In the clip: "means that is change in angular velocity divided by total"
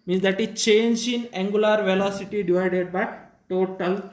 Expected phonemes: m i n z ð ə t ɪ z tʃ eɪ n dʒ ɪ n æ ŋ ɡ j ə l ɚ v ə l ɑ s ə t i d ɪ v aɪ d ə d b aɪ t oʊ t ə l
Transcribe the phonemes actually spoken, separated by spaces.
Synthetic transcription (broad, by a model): m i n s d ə t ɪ tʃ eɪ n dʒ ɪ n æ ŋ ɡ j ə l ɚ v ə l ɑ s ə t i d ɪ v aɪ d ə d b aɪ t oʊ t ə l